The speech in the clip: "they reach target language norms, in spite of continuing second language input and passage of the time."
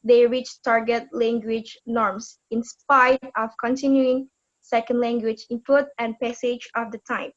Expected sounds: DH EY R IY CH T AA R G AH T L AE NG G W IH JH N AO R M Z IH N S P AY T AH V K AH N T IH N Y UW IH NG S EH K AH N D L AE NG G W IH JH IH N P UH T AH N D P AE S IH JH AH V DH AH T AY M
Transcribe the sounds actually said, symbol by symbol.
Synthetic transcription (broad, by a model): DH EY R IY CH T AA R G AH T L AE NG G W IH JH N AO R M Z IH N S P AY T AH V K AH N T IH N Y UW IH NG S EH K AH N D L AE NG G W IH JH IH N F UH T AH N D P AE S IH JH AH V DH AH T AY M